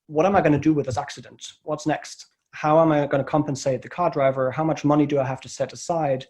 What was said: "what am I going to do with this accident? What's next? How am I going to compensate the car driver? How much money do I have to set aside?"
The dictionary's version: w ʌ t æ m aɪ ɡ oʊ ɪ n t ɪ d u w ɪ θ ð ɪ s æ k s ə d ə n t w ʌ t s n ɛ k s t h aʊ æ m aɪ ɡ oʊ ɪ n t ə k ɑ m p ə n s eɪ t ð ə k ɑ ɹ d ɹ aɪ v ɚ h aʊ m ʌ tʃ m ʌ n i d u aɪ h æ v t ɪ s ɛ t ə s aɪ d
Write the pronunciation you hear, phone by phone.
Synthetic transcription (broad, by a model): w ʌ t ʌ m aɪ ɡ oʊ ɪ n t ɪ d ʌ w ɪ ð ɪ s æ k s ə d ə n t w ʌ t s n ɛ k s t h aʊ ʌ m aɪ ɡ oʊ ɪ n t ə k ɑ m p ə n s eɪ t ð ə k ɑ ɹ d ɹ aɪ v ɚ h aʊ m ʌ tʃ m ʌ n i d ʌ aɪ h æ f t ɪ s ɛ t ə s aɪ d